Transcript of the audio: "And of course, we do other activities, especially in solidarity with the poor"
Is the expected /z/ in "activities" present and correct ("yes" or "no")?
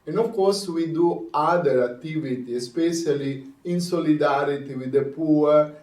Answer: no